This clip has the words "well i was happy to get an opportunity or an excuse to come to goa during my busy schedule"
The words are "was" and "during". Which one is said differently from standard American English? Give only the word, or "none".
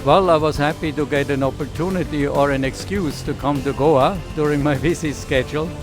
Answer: none